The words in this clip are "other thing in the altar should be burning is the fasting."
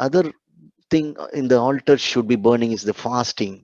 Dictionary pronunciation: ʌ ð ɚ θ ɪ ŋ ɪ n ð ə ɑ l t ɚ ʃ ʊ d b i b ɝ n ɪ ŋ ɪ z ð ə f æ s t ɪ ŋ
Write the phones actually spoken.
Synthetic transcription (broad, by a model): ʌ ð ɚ t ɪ ŋ ɪ n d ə ɑ l t ɚ ʃ ʊ d b i b ɝ n ɪ ŋ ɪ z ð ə f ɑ s t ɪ ŋ